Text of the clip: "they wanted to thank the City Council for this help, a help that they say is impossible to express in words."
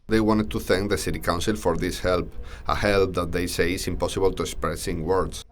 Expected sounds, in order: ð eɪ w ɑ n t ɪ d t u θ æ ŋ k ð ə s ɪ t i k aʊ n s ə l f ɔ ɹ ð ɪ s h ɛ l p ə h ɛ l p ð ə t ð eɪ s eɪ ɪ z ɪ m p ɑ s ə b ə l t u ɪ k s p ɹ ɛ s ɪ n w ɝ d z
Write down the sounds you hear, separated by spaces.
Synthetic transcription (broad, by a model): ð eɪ w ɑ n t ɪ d t u θ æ ŋ k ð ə s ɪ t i k aʊ n s ə l f ɔ ɹ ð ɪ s h ɛ l p ə h ɛ l p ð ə t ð eɪ s eɪ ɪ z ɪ m p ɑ s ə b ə l t u ɪ k s p ɹ ɛ s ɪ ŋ w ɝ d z